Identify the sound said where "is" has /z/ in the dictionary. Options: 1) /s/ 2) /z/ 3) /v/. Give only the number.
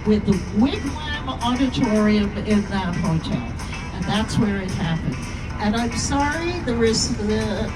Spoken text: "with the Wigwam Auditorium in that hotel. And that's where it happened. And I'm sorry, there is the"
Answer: 1